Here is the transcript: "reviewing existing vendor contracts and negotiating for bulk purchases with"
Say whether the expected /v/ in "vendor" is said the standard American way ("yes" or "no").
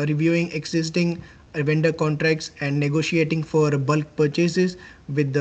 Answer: yes